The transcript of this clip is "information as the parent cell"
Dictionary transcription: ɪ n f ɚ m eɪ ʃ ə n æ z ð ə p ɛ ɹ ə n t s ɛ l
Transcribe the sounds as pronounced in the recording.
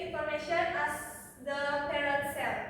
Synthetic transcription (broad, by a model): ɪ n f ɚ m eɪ ʃ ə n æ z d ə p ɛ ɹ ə t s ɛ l